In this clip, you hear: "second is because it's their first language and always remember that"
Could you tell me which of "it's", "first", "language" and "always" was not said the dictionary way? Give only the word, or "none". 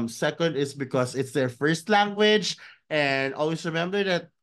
always